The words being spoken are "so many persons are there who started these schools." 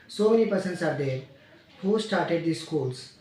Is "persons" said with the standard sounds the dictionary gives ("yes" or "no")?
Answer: no